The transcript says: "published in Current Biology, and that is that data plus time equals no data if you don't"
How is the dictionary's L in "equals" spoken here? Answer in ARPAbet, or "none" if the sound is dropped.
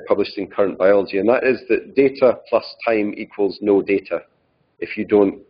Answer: L